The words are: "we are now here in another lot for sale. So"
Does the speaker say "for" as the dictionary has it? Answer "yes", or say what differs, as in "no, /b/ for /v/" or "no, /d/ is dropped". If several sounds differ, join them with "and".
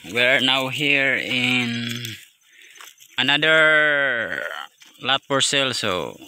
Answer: no, /p/ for /f/